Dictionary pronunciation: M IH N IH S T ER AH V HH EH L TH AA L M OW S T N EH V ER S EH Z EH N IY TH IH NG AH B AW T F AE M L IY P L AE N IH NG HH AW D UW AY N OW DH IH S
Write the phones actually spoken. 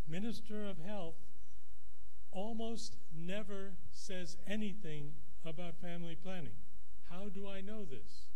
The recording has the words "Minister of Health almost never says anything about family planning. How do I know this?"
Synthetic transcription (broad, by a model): M IH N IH S T ER AH V HH EH L TH AA L M OW S T N EH V ER S EH Z EH N IY TH IH NG AH B AW T F AE M L IY P L AE N IH NG HH AW D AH AY N OW DH IH S